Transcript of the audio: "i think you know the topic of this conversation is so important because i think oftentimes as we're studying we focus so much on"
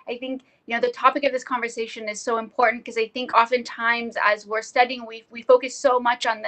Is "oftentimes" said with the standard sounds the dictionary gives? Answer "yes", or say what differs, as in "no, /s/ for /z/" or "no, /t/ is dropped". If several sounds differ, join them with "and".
yes